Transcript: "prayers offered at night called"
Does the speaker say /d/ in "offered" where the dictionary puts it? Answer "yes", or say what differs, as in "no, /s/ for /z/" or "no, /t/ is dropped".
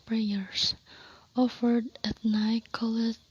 yes